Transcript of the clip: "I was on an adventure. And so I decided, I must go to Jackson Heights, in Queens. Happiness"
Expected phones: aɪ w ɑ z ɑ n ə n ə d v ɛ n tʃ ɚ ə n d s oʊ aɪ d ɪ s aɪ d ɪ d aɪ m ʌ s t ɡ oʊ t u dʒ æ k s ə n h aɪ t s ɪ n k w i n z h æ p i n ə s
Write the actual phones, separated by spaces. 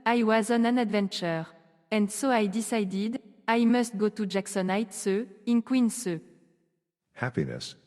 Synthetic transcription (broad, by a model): aɪ w ɑ z ɑ n ə n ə d v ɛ n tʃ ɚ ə n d s oʊ aɪ d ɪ s aɪ d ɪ d aɪ m ʌ s t ɡ oʊ t u dʒ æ k s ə n aɪ t s ɪ n k w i n s h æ p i n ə s